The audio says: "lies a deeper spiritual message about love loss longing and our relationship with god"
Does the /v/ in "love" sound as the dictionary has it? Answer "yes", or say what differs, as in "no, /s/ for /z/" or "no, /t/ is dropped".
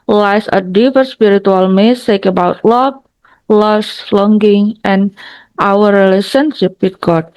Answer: no, /b/ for /v/